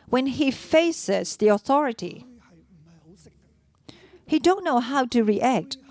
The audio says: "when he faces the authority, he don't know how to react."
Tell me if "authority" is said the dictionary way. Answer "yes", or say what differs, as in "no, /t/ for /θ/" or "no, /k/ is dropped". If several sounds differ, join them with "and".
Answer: yes